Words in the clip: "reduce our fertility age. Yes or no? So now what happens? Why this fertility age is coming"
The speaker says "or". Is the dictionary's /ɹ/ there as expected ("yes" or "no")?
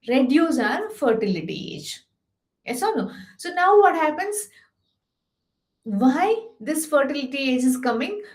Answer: no